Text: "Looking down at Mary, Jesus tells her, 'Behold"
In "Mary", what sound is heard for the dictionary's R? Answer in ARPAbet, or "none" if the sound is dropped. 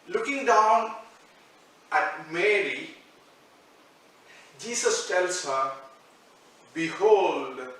R